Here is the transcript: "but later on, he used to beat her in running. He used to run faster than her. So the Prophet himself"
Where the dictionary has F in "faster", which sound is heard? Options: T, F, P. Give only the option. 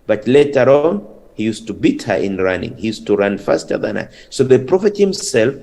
F